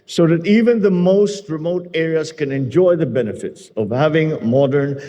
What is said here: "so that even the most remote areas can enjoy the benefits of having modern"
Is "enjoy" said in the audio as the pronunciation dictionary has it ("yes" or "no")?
yes